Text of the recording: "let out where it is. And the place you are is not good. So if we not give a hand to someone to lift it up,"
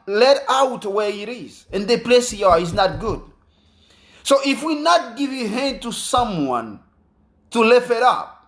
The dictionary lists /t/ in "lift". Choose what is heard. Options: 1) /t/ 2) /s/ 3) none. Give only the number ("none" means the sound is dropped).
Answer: 3